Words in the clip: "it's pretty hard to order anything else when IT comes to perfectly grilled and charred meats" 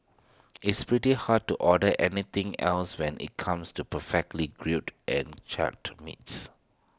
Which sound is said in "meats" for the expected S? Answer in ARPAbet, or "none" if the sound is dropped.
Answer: S